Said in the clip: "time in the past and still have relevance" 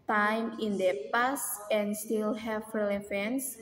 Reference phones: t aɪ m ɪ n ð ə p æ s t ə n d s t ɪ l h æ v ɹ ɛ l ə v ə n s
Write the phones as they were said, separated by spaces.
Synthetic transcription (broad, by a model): t aɪ m ɪ n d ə p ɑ s ə n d s t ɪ l h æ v ɹ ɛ l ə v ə n s